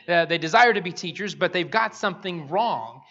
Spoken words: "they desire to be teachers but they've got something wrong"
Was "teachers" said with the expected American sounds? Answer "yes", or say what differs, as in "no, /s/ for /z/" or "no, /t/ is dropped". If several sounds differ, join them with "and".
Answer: yes